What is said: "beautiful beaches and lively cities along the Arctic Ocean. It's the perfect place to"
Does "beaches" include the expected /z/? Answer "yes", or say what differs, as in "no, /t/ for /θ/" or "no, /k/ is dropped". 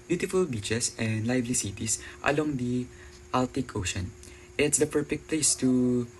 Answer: no, /s/ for /z/